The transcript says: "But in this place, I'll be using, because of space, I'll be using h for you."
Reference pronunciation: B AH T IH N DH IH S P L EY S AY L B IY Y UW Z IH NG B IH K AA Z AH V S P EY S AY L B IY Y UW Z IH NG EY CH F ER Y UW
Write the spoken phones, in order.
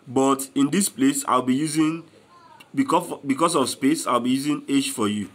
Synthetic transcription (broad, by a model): B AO T IH N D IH S P L EY S AY L B IY Y UW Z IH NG B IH K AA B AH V S P EY S AY L B IY Y UW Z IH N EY SH F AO Y UW